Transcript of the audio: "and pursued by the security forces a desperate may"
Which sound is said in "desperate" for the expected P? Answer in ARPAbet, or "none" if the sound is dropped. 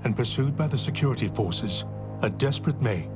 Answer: P